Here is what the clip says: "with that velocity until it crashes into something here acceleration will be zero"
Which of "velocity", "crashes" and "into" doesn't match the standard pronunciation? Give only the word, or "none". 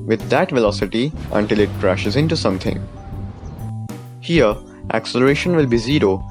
none